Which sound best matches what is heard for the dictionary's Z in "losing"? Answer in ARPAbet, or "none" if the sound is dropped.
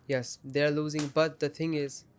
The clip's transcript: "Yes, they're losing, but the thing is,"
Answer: Z